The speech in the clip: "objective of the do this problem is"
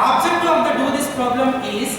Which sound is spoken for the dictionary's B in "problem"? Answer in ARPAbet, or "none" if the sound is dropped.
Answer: B